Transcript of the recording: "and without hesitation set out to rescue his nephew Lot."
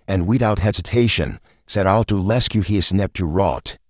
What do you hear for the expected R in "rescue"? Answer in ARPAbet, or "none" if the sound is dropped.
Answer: L